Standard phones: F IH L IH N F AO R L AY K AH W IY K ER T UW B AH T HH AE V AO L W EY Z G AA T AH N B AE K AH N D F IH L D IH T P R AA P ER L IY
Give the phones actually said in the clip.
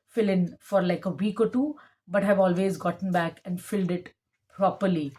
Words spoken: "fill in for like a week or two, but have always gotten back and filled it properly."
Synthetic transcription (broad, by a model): F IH L IH N F AO R L AY K AH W IY K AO T UW B AH T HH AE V AO L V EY Z G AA T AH N B AE K AH N D F IH L D IH T P R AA P ER L IY